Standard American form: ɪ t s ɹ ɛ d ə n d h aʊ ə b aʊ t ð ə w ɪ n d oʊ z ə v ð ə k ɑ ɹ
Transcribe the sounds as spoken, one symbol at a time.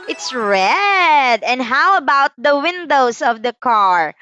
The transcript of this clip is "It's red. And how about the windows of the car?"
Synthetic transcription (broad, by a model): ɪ t s ɹ ɛ d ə n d h aʊ ə b aʊ t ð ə w ɪ n d oʊ s ə v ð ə k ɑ ɹ